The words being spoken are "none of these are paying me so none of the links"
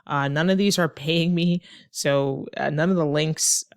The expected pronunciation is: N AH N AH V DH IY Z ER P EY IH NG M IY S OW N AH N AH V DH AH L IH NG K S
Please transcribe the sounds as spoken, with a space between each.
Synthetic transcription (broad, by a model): N AH N AH V DH IY Z ER P EY IH NG M IY S OW N AH N AH V DH AH L IH NG K S